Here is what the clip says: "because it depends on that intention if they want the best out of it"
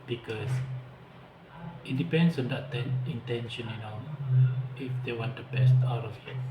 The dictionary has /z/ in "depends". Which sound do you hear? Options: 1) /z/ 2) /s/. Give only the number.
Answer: 2